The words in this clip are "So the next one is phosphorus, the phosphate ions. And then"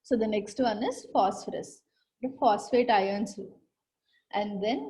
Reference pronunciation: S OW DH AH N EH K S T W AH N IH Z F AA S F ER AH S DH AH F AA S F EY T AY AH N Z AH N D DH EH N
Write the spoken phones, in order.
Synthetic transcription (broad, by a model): S OW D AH N EH K S T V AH N IH Z F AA S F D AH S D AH F AA S F EY T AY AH N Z AH N D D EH N